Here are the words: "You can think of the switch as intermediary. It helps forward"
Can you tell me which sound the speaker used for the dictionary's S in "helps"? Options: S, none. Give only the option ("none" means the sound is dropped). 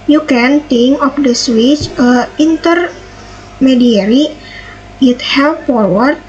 none